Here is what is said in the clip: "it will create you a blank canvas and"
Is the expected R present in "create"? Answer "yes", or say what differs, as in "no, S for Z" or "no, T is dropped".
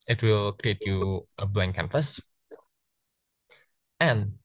yes